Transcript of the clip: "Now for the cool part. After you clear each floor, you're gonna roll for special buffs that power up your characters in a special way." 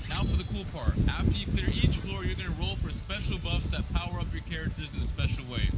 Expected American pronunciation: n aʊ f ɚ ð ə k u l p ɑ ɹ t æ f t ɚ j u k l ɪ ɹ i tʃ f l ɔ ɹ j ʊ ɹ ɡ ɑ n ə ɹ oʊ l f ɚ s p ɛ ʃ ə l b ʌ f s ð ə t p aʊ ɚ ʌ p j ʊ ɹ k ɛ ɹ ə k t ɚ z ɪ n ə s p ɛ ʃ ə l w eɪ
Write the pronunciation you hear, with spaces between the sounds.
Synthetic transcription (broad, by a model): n aʊ f ɚ ð ə k u l p ɑ ɹ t æ f t ɚ j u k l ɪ ɹ i tʃ f l ɔ ɹ j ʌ ɹ ɡ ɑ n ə ɹ oʊ l f ɚ s p ɛ ʃ l b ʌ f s ð ə t p aʊ ɚ ʌ p j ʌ ɹ k ɛ ɹ ə k t ɚ z ɪ n ə s p ɛ ʃ l w eɪ